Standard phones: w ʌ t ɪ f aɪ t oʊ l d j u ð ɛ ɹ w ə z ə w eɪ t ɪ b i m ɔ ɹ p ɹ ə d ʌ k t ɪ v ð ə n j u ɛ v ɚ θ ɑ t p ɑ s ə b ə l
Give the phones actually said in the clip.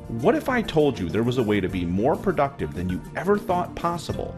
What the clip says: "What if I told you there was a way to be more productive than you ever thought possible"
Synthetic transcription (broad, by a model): w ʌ t ɪ f aɪ t oʊ l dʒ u ð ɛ ɹ w ə z ə w eɪ t ɪ b i m ɔ ɹ p ɹ ə d ʌ k t ɪ v ð ə n j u ɛ v ɚ θ ɑ t p ɑ s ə b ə l